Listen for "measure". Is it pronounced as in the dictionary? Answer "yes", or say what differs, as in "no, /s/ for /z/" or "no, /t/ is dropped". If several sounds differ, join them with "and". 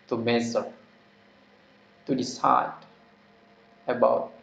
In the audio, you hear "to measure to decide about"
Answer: no, /z/ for /ʒ/